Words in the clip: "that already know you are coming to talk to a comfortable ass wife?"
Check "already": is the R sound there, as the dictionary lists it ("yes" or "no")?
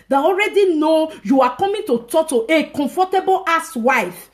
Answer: yes